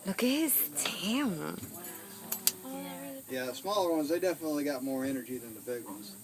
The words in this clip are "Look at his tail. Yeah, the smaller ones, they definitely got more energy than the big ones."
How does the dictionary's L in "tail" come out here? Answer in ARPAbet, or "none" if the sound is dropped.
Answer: N